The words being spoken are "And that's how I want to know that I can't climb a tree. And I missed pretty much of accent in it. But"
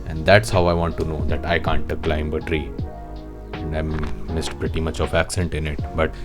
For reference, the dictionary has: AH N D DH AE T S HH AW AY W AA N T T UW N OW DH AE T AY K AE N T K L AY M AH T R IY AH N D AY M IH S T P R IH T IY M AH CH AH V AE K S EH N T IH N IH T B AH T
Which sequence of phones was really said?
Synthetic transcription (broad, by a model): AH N D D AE T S HH AW AY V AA N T T UW N OW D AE T AY K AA N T K L AY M AH T R IY AH N D AY M IH S T P R IH T IY M AH CH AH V AE K S EH N T IH N IH T B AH T